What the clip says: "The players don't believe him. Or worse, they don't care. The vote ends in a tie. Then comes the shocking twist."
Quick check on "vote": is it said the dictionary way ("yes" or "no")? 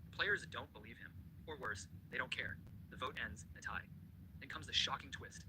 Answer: yes